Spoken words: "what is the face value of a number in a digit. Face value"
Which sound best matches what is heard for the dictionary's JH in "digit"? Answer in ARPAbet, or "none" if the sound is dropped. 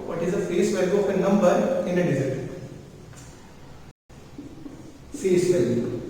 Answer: Z